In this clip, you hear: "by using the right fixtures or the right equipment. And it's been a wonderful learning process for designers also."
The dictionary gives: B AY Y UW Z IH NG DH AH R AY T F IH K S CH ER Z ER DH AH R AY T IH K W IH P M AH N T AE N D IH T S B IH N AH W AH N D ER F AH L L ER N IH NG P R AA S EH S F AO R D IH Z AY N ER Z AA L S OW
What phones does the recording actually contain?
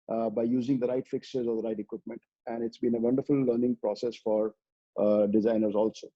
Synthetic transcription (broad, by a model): B AY Y UW Z IH NG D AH R AY T F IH K S ER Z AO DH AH R AY T IH K W IH P M AH N T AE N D IH T S B IH N AH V AH N D ER F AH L L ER N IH NG P R AA S EH S F AO R D IH Z AY N ER Z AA L S OW